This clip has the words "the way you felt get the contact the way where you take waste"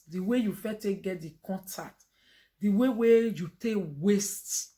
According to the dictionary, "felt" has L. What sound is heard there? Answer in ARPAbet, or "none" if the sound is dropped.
none